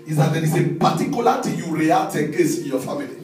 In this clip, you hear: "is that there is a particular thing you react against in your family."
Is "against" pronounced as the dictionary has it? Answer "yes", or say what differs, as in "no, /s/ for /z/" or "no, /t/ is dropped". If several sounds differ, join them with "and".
no, /n/ is dropped and /t/ is dropped